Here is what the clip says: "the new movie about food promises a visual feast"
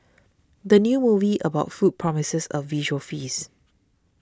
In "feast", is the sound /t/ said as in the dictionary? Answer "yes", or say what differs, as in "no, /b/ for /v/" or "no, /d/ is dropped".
no, /t/ is dropped